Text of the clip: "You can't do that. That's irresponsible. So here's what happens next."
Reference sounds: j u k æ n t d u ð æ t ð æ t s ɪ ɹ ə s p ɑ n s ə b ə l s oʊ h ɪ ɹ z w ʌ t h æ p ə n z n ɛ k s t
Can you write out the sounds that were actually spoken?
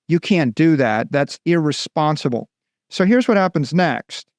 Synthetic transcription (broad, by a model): j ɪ k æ n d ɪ ð æ t ð æ t s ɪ ɹ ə s p ɑ n s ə b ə l s oʊ h ɪ ɹ z w ʌ t h æ p ə n z n ɛ k s t